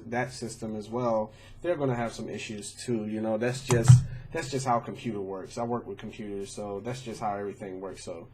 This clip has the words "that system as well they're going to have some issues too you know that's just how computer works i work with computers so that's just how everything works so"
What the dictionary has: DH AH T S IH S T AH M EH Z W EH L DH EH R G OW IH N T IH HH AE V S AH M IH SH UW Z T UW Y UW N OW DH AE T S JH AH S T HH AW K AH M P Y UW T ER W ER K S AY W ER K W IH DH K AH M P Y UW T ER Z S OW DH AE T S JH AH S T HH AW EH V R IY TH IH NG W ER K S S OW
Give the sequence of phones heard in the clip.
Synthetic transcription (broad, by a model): DH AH T S IH S T AH M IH Z W EH L DH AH R G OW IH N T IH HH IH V S AH M IH SH UW Z T UW Y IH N OW DH AE T S JH AH S T HH AW K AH M P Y UW T ER W ER K S AY W ER K W IH DH K M P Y UW T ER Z S OW DH AE T S JH AH S T HH AW EH V R IY TH IH NG W ER K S S OW